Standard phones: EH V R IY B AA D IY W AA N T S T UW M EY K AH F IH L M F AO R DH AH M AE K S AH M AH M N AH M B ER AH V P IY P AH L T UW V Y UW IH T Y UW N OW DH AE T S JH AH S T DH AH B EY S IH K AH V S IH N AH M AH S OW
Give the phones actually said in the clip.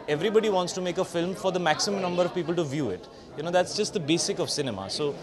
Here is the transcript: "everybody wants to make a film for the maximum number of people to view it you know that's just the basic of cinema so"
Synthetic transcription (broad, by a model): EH V R IY B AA D IY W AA N T S T UW M EY K AH F IH L M F AO R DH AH M AE K S AH M AH M N AH M B ER AH V P IY P AH L T UW V Y UW IH T Y UW N OW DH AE T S JH AH S T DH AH B EY S IH K AH V S IH N AH M AH S OW